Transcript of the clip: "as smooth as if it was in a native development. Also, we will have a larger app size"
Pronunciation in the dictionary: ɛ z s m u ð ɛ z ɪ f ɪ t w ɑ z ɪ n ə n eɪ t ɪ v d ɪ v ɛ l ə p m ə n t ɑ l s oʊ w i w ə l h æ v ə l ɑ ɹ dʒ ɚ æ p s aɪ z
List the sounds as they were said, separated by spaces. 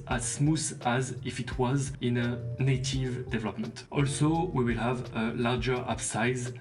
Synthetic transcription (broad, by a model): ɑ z s m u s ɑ z ɪ f ɪ t w ɑ z ɪ n ə n eɪ t ɪ v d ɪ v ɛ l ə p m ə n t ɑ l s oʊ w i w ə l h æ v ə l ɑ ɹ dʒ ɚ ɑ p s aɪ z